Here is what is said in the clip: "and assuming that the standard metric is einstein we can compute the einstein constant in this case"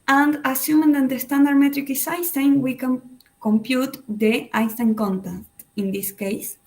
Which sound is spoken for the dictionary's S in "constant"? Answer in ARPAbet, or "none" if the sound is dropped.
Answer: none